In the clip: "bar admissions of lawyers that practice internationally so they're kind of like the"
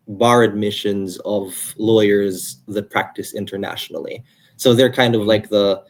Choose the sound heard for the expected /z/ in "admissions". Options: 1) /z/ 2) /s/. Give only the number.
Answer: 1